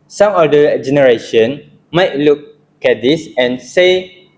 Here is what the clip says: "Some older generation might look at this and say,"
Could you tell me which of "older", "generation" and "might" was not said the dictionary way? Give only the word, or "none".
older